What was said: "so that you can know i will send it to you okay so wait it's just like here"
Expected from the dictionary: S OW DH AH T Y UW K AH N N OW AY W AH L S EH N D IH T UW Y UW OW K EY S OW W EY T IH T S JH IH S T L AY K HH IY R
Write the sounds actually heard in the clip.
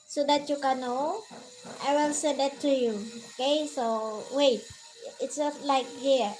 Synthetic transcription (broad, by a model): S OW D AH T Y UW K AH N N OW AY W AH L S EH D IH T UW Y UW OW K EY S OW W EY T IH T S JH IH S T L AY K HH IY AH